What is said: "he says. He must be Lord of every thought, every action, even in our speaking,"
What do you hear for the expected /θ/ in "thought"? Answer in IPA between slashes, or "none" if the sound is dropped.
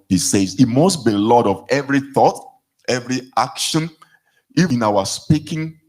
/θ/